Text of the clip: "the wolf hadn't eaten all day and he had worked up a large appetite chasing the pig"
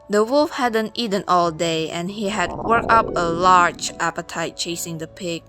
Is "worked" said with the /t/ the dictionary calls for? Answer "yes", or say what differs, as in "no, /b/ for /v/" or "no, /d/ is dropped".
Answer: no, /t/ is dropped